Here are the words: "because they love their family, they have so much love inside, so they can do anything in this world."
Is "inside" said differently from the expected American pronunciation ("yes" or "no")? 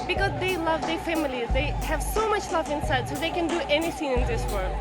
no